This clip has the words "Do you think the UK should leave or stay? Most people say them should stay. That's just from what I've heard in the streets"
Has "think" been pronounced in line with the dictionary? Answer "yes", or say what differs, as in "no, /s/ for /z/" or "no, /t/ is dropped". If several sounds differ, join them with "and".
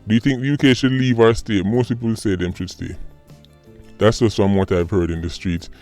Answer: yes